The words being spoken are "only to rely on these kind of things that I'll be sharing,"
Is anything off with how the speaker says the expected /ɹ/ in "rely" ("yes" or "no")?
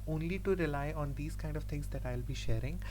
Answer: no